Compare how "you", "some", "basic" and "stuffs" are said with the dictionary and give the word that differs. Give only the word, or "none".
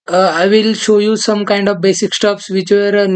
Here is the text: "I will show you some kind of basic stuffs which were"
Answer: stuffs